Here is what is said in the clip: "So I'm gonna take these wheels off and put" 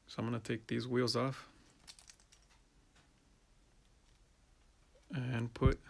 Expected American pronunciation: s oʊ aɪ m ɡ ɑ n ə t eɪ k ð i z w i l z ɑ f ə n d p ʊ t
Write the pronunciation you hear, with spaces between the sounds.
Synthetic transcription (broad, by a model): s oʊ aɪ m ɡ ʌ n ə t eɪ k ð i z w i l z ɑ f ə n p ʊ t